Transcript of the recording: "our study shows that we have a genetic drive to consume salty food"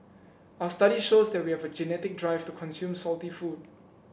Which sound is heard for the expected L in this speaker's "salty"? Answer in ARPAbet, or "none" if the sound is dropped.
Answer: L